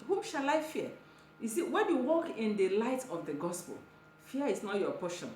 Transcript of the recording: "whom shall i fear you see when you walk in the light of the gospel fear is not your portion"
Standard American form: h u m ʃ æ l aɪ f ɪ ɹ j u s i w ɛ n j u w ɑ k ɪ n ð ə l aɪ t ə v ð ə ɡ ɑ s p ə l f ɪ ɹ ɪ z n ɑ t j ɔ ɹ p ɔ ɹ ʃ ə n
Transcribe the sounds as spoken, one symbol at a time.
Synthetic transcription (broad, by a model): h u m ʃ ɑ l aɪ f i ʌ j u s i w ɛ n j u w ɑ k ɪ n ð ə l aɪ t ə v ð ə ɡ ɑ s p ə l f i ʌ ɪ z n ɑ t j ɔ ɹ p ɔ ʃ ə n